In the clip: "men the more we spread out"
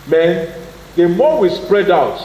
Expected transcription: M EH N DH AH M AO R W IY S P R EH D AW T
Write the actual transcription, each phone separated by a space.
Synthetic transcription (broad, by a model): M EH N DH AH M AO W IY S P R EH D AW T